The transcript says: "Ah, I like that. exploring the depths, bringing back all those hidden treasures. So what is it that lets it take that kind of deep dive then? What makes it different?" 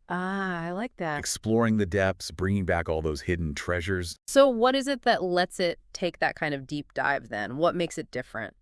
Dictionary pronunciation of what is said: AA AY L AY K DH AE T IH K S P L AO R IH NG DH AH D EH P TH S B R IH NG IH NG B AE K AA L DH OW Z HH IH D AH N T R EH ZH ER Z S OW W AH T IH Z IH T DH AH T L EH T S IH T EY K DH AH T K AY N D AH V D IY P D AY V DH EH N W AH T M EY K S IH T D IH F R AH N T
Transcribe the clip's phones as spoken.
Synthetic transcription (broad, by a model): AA AY L AY K DH AE T IH K S P L AO R IH NG DH AH D EH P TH S B R IH NG IH NG B AE K AA L DH OW Z HH IH D N T R EH ZH ER Z S OW W AH T IH Z IH T DH AH T L EH T S IH T EY K DH AH T K AY N D AH V D IY P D AY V DH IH N W AH T M EY K S IH T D IH F R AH N T